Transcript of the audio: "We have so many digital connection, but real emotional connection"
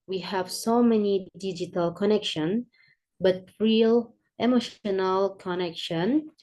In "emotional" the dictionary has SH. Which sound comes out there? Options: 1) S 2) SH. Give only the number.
2